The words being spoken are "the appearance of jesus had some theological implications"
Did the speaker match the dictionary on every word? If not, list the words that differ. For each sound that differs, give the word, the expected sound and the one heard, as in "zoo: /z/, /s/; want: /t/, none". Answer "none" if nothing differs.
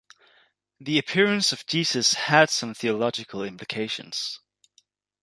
none